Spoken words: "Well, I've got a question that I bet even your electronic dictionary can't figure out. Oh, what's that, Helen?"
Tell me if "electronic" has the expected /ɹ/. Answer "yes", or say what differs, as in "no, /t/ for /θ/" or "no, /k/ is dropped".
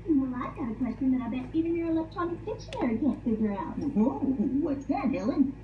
no, /ɹ/ is dropped